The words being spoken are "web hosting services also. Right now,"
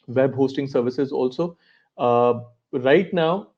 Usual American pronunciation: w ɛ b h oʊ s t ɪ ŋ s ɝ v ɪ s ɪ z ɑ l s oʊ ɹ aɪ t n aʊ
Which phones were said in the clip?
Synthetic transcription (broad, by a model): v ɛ b h oʊ s t ɪ ŋ s ɝ v ɪ s ɪ z ɑ l s oʊ ɹ aɪ t n aʊ